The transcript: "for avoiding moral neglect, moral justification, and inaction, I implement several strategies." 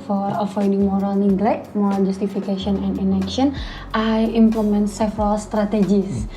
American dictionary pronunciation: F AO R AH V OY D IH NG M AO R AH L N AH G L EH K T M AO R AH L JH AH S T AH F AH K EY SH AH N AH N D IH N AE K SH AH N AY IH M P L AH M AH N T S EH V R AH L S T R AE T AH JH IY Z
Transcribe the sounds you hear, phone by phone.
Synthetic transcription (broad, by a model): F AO R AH F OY D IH NG M AO R AH L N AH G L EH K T M AO R AH L JH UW S T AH F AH K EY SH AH N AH N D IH N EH K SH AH N AY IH M P L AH M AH N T S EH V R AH L S T R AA T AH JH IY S